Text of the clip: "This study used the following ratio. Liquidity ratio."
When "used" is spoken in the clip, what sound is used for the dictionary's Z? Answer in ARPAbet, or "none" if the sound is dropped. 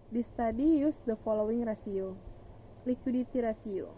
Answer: S